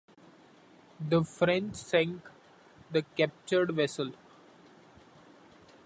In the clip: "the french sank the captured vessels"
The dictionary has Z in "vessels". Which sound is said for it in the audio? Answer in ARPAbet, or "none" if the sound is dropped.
none